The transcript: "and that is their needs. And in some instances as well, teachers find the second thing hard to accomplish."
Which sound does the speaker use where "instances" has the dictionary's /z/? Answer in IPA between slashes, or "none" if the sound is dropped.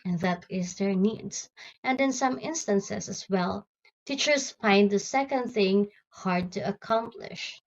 /s/